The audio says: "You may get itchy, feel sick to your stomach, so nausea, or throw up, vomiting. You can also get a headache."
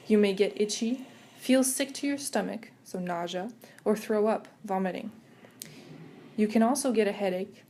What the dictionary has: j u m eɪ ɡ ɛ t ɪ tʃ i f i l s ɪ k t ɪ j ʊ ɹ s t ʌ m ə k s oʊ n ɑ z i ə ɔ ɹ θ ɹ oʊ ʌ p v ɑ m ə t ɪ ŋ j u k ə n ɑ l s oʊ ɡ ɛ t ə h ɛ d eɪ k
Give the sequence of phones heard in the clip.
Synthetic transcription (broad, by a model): j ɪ m eɪ ɡ ɛ t ɪ tʃ i f i l s ɪ k t ɪ j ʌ ɹ s t ʌ m ə k s oʊ n ɑ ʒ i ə ɹ θ ɹ oʊ ʌ p v ɑ m ə t ɪ ŋ j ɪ k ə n ɑ l s oʊ ɡ ɛ t ə h ɛ d eɪ k